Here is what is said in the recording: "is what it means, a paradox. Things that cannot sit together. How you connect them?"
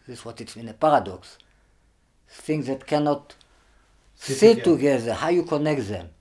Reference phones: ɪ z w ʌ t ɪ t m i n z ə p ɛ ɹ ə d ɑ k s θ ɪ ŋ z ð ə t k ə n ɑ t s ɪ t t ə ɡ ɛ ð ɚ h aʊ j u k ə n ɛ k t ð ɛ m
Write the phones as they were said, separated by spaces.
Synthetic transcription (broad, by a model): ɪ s w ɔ t ɪ t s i n ə p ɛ ɹ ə d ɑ k s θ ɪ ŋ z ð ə t k ə n ɑ t s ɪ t t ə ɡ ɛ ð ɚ h aʊ j u k ə n ɛ k t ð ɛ m